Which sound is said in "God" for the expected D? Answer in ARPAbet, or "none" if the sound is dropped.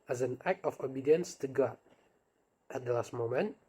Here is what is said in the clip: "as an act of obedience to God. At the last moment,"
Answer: none